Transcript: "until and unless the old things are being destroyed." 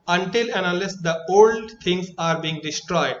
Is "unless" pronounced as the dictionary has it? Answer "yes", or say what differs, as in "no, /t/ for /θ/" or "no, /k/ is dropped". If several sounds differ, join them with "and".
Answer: no, /n/ is dropped